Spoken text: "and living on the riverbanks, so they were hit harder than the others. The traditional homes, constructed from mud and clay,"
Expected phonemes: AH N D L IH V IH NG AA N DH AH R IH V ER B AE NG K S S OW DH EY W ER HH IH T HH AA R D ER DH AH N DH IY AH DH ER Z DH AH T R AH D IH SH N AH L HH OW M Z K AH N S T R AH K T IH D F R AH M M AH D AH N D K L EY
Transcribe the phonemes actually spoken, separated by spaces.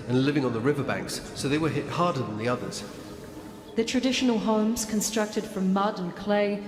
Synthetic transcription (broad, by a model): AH N L IH V IH NG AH N DH AH R IH V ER B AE NG K S S OW DH EY W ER HH IH T HH AA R D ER DH AH N DH IY AH DH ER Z DH AH T R AH D IH SH N AH L HH OW M Z K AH N S T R AH K T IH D F R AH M M AH D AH N K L EY